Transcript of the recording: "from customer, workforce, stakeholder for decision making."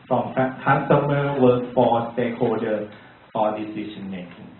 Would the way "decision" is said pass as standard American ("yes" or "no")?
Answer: no